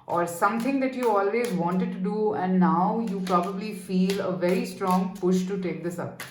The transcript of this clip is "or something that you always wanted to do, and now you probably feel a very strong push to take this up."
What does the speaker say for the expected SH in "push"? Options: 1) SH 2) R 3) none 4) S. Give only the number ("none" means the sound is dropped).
1